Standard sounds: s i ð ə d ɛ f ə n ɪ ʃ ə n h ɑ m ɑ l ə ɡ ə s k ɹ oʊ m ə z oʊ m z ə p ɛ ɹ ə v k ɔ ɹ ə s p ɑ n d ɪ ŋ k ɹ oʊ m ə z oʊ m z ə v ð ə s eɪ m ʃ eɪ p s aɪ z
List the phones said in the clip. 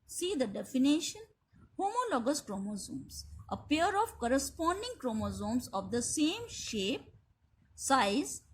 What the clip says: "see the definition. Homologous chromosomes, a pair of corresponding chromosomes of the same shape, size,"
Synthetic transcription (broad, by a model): s i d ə d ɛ f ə n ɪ ʃ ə n h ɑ m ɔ l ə ɡ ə s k ɹ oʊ m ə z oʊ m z ə p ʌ ɹ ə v k ɔ ɹ ə s p ɑ n d ɪ ŋ k ɹ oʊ m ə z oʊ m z ə v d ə s eɪ m ʃ eɪ p s aɪ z